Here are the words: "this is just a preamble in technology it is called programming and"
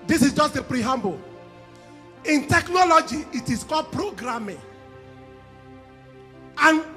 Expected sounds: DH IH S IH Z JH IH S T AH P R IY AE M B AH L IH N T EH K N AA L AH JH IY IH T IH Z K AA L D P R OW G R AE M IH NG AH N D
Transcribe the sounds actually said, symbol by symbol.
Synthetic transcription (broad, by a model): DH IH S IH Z JH IH S T AH P R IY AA M B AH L IH N T EH K N AA L AH JH IY IH T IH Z K AA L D P R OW G R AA M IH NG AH N